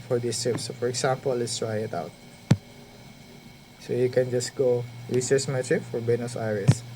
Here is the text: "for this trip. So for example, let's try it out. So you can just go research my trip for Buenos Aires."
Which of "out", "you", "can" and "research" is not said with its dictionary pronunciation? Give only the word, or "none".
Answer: research